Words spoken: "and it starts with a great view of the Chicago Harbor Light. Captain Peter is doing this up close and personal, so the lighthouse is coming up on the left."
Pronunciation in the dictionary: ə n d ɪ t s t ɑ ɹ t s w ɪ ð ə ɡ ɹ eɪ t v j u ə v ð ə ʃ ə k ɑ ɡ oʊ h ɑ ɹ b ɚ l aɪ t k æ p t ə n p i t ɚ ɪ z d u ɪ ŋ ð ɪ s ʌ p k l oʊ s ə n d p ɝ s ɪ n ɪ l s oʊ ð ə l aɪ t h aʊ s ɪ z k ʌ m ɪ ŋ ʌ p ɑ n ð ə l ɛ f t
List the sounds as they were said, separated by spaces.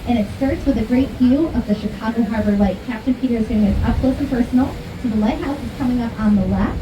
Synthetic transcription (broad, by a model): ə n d ɪ t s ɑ ɹ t s w ɪ ð ə ɡ ɹ eɪ t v j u ə v ð ə ʃ ə k ɑ ɡ oʊ h ɑ ɹ b ɚ l aɪ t k æ p t ə n p i t ɚ ɪ z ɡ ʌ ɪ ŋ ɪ ʌ p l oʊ ə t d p ɝ s n l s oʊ ð ə l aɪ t h aʊ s ɪ z k ʌ m ɪ ŋ ʌ p n ð ə l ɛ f